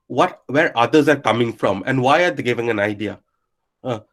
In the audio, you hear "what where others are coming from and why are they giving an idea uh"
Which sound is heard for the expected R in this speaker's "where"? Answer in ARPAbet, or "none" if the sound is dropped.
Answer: R